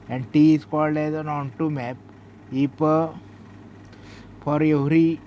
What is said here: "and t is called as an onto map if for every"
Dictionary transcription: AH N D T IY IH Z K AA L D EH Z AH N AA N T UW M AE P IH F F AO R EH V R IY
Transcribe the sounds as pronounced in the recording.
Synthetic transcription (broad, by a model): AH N D T IY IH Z K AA L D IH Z AH N AA N T UW M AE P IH P F AO R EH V R IY